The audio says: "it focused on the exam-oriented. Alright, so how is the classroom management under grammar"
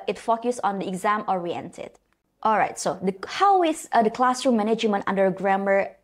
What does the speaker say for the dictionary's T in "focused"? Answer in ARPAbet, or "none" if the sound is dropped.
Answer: none